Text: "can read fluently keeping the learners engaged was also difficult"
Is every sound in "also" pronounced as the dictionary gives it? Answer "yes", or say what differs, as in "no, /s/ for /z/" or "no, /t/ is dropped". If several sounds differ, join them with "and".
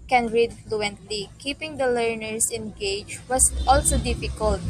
yes